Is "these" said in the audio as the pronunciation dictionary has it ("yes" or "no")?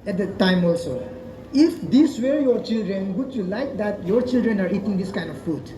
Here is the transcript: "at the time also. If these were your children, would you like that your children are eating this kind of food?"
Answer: no